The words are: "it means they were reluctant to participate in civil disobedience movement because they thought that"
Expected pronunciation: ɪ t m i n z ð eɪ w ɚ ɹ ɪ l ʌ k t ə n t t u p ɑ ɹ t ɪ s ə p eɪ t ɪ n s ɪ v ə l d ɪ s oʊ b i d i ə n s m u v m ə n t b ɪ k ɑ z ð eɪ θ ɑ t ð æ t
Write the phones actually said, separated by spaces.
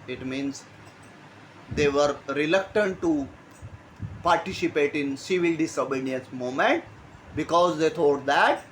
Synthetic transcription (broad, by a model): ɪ t m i n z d eɪ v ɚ ɹ ɪ l ʌ k t ə n t t u p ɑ ɹ t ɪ s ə p eɪ t ɪ n s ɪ v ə l d ɪ s oʊ b i d i ə n s m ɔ m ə n t b ɪ k ɑ z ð eɪ t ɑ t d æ t